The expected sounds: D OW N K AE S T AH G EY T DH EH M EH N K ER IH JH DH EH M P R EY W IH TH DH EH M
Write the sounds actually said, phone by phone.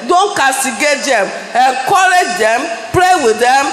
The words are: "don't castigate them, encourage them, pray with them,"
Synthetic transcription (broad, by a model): D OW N K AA S T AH G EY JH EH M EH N K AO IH JH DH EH M P L EY W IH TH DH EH M